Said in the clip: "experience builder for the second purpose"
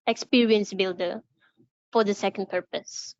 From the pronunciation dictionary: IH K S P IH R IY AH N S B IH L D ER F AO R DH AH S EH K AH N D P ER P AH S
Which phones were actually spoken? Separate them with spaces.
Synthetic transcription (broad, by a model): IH K S P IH R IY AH N S B IH L D ER F AO R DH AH S EH K AH N D P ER P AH S